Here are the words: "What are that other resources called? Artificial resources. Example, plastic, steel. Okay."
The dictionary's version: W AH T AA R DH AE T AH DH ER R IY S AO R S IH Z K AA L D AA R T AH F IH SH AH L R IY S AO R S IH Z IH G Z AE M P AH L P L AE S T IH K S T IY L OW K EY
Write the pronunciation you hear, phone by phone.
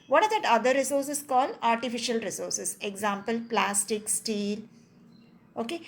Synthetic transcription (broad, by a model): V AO T AA R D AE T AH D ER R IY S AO R S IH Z K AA L AA R T AH F IH SH AH L R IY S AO R S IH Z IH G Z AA M P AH L P L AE S T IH K S T IY L OW K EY